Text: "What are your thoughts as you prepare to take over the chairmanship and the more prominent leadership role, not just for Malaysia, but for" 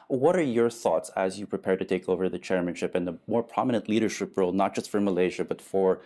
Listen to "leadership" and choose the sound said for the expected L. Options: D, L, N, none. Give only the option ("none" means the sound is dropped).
L